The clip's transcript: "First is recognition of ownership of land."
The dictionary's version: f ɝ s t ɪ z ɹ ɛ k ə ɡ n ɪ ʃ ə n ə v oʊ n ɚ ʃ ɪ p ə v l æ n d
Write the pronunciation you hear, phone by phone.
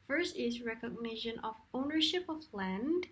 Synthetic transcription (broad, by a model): f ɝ s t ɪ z ɹ ɛ k ə ɡ n ɪ ʃ ə n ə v oʊ n ɚ ʃ ɪ p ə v l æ n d